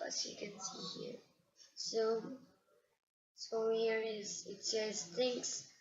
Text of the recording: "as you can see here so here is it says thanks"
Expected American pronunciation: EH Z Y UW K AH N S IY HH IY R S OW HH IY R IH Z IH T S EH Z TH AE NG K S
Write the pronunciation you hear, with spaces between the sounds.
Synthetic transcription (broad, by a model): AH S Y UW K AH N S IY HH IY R S OW HH IY R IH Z IH T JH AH S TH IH NG K S